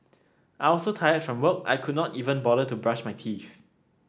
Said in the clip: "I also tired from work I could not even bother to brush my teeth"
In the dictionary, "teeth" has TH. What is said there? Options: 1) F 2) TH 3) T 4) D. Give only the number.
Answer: 1